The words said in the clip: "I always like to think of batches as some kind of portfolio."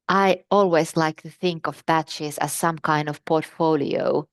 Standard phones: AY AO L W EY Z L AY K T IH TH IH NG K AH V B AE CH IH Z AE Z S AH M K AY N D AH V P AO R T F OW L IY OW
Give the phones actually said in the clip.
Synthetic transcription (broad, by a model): AY AO L W EY Z L AY K T IH TH IH NG K AH V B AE CH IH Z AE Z S AH M K AY N D AH V P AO R T F OW L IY OW